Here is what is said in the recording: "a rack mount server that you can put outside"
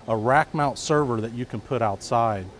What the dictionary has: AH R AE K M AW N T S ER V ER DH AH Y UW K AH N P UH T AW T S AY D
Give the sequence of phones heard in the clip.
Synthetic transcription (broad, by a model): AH R AE K M AW N T S ER V ER DH AH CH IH K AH N P UH T AW T S AY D